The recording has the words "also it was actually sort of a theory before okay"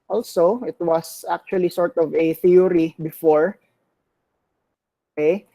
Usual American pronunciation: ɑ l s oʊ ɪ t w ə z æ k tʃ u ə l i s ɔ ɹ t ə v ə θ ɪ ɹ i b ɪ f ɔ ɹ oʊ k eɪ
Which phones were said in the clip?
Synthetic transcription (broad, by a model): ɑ l s oʊ ɪ t w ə s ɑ k tʃ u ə l i s ɔ ɹ t ə v ə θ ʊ ɹ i b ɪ f ɔ ɹ oʊ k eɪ